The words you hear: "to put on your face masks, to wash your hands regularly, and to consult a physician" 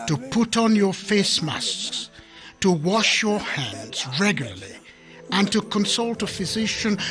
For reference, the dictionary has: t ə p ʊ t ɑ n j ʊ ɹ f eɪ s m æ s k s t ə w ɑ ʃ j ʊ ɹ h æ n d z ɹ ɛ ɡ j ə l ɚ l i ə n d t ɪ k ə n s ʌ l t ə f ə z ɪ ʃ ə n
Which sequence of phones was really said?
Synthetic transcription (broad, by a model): t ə p ʊ t n j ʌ ɹ f eɪ s m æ s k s t ə w ɑ ʃ j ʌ ɹ h æ n d z ɹ ɛ ɡ j l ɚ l i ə n t ɪ k ə n s ʌ l t ə f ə z ɪ ʃ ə n